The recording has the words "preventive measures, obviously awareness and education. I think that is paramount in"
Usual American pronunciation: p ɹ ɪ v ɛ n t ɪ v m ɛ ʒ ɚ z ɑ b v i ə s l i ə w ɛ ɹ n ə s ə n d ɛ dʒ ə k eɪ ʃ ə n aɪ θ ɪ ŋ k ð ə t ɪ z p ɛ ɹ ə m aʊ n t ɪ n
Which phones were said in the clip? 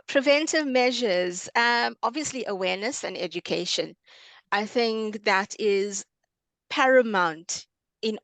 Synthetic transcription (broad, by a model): p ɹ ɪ v ɛ n t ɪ v m ɛ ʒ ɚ z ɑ b v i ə s l i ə w ɛ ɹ n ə s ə n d ɛ dʒ ə k eɪ ʃ ə n aɪ θ ɪ ŋ k ð ə t ɪ z p ɛ ɹ ə m aʊ n t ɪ n